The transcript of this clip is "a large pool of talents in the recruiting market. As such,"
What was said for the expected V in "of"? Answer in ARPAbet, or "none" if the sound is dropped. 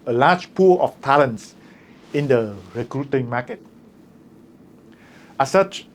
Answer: F